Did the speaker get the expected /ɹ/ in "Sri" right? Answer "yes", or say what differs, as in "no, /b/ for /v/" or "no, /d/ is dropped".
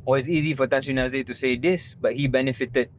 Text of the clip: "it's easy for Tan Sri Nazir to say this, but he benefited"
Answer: no, /ɹ/ is dropped